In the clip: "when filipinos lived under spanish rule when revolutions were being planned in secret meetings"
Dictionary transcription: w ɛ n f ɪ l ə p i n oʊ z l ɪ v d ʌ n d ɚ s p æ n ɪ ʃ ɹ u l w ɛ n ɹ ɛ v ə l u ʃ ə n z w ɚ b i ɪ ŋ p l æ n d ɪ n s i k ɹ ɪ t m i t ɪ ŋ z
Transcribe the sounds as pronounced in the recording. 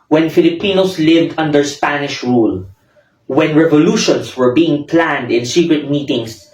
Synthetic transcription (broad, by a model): w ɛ n f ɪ l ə p i n oʊ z l ɪ v d ʌ n d ɚ s p æ n ɪ ʃ ɹ u l w ɛ n ɹ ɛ v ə l u ʃ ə n s w ɚ b i ɪ ŋ p l æ n d ɪ n s i k ɹ ɪ t m i t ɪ ŋ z